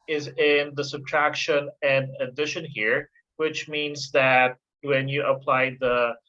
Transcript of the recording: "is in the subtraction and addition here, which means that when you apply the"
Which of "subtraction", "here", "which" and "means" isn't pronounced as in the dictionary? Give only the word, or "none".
none